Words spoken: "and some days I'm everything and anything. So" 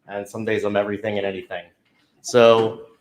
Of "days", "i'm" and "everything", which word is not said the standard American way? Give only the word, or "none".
none